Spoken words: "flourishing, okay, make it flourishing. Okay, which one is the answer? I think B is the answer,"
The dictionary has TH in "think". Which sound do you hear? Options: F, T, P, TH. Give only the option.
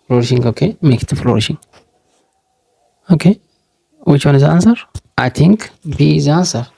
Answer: T